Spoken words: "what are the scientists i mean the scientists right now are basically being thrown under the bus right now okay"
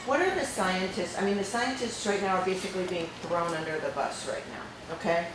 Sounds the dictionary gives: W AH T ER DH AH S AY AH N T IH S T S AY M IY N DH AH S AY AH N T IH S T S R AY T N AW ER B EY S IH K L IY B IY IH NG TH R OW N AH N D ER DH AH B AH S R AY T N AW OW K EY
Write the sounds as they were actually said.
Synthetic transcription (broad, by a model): W AH T ER DH AH S AY AH N T IH S T S AY M IY N DH AH S AY AH N T IH S T S R AY T N AW ER B EY S IH K L IY B IY IH NG TH R OW N AH N D ER DH AH B AH S R AY T N AW OW K EY